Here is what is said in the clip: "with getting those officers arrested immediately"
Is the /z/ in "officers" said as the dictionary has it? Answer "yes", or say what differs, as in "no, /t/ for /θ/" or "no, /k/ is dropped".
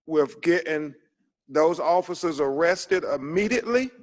yes